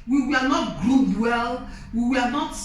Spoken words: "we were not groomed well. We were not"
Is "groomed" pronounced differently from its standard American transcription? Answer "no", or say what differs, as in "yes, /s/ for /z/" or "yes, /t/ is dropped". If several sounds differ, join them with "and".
yes, /m/ is dropped